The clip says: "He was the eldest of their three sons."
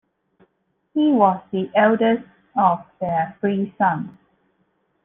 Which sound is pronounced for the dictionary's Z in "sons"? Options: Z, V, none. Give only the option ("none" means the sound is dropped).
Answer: none